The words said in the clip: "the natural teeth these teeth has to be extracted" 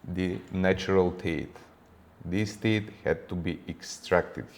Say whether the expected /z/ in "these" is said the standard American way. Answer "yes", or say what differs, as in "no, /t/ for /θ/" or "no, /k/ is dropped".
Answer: no, /s/ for /z/